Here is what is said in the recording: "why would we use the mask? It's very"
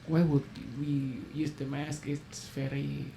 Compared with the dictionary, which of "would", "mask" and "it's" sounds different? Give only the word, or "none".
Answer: none